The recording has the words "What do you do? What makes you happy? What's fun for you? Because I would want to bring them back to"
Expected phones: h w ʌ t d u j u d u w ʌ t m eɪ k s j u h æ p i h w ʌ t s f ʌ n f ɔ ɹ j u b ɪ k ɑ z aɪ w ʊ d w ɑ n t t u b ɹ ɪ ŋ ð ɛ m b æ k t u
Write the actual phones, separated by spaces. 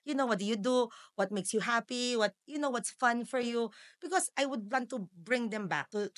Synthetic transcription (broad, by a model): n w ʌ t d u j u d u w ʌ t m eɪ k s j u h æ p i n w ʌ t s f ʌ n f ɔ ɹ j u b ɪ k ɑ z aɪ w ʊ d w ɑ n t t u b ɹ ɪ ŋ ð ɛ m b æ k t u